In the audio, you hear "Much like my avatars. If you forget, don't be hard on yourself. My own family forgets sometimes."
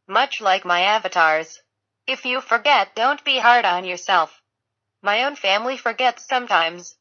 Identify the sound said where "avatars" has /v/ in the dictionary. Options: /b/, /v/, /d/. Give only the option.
/v/